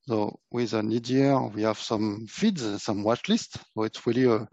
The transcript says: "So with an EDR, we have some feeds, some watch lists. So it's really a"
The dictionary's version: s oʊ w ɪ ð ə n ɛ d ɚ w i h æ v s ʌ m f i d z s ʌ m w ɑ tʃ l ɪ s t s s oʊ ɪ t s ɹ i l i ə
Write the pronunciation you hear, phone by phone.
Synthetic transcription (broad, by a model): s oʊ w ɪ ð ə n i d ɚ w i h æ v s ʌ m f i d z s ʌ m w ɑ tʃ l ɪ s t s s oʊ ɪ t s ɹ i l i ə